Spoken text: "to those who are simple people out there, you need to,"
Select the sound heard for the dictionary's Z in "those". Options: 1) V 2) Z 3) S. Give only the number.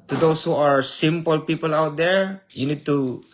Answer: 3